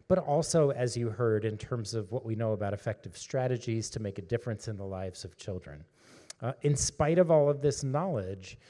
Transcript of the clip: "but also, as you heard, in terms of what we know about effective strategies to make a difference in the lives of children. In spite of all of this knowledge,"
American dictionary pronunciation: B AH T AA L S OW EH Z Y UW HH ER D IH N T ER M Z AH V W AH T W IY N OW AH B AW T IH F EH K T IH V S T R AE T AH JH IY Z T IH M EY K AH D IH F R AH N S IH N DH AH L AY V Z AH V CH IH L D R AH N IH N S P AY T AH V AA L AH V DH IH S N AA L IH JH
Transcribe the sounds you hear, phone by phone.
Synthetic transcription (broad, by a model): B AH T AA L S OW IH Z Y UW HH ER D IH N T ER M Z AH V W AH T W IY N OW AH B AW T IH F EH K T IH V S T R AE T AH JH IY Z T IH M EY K AH D IH F R AH N S IH N DH AH L AY V Z AH V CH IH L D R AH N IH N S P AY T AH V AA L AH V DH IH S N AA L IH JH